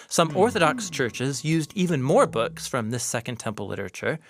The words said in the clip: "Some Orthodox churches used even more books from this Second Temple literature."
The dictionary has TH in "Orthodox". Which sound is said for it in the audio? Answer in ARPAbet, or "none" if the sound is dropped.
TH